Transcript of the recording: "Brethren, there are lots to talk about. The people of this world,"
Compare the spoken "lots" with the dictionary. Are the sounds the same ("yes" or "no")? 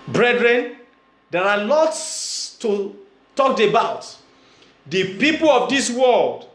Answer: yes